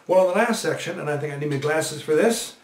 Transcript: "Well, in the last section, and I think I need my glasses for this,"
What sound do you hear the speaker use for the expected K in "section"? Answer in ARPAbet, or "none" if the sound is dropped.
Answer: K